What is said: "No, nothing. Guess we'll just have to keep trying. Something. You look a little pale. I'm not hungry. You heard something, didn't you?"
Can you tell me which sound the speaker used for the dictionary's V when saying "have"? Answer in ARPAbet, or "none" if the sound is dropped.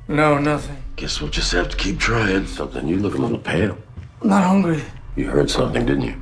F